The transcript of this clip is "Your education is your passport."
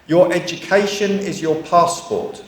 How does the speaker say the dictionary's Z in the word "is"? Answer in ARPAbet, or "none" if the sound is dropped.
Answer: Z